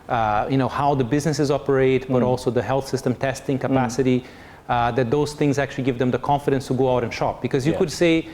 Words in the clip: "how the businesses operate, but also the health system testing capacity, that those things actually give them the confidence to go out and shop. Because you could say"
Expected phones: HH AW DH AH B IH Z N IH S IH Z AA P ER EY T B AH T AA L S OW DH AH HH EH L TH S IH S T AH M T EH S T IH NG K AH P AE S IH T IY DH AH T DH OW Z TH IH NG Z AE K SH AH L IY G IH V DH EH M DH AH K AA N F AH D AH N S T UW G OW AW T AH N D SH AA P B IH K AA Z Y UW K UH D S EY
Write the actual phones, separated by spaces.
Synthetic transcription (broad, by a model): HH AW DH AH B IH Z N IH S IH Z AA P ER EY T B AH T AA L S OW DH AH HH EH L TH S IH S T AH M T EH S T IH NG K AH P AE S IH T IY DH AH T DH OW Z TH IH NG Z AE K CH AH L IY G IH V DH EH M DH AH K AA N F AH D AH N S T UW G OW AW T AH N SH AA P B IH K AA Z Y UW K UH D S EY